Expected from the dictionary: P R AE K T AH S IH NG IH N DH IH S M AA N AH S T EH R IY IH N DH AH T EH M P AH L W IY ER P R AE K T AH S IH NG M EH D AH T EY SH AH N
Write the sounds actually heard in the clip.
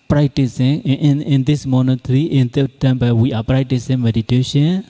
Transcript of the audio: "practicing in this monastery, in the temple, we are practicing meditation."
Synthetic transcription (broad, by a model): P R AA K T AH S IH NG IH N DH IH S M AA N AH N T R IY IH N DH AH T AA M B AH W IY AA P R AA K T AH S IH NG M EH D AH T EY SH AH N